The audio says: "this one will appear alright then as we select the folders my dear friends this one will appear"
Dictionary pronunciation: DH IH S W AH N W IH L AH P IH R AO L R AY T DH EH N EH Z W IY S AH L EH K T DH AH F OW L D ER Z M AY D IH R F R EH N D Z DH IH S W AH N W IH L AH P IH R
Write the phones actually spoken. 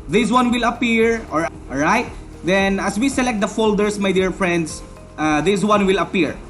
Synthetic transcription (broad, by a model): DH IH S W AH N W IH L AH P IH R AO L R AY T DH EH N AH S W IY S AH L EH K T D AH F OW L D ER S M AY D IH R F R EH N D S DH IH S W AH N W IH L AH P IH R